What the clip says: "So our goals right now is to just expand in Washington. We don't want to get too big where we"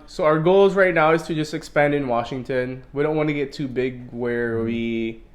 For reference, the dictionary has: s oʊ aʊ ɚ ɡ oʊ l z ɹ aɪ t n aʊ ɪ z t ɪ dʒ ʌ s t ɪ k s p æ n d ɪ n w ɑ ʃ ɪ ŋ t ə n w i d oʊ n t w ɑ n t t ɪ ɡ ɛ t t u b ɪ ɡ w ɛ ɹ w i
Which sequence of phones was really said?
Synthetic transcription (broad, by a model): s oʊ aʊ ɚ ɡ oʊ l z ɹ aɪ t n aʊ ɪ z t ɪ dʒ ʌ s t ɪ k s p æ n d ɪ n w ɑ ʃ ɪ ŋ t ə n w i d oʊ n t w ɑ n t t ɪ ɡ ɛ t t u b ɪ ɡ w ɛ ɹ w i